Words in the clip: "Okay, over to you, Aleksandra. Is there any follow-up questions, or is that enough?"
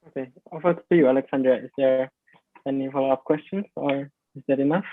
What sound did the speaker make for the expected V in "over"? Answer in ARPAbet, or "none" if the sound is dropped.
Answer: F